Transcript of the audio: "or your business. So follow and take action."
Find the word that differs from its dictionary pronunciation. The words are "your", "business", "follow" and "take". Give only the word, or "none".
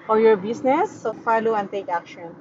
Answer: business